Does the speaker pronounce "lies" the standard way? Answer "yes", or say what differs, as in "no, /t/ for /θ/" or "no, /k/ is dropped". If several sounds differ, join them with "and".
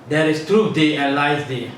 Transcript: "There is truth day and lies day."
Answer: no, /s/ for /z/